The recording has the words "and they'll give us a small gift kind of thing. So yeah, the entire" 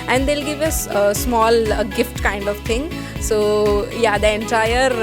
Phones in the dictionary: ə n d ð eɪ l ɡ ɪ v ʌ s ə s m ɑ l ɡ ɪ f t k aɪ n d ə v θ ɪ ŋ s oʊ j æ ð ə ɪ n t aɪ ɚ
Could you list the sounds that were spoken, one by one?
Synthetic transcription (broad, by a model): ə n d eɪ l ɡ ɪ v ʌ s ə s m ɑ l ɡ ɪ f t k aɪ n d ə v t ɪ ŋ s oʊ j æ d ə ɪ n t aɪ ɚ